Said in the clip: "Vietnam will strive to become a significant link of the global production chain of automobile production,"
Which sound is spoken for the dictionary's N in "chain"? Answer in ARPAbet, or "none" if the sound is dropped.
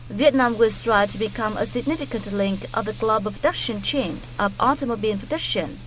N